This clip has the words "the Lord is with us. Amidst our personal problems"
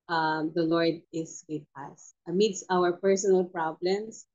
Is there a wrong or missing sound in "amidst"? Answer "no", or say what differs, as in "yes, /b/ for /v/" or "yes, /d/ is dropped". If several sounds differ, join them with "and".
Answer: yes, /t/ is dropped